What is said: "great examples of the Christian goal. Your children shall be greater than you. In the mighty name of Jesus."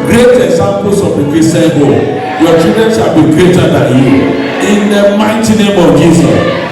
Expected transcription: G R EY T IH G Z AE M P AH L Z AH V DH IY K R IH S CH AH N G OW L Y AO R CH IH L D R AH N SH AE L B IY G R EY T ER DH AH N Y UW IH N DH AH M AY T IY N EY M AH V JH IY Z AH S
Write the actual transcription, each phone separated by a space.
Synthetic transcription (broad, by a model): G R EY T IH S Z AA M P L S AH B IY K IH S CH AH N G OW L Y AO CH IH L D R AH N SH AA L B IY G R EY T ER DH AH N Y UW IH N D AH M AY T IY N EY M AH V JH IY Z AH S